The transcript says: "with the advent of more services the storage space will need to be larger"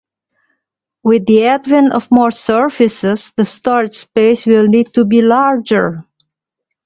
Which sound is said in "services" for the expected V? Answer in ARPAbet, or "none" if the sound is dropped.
F